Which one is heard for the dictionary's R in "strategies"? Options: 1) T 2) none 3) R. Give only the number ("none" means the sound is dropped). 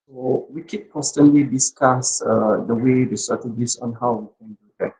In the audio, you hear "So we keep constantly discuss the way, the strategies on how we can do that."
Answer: 2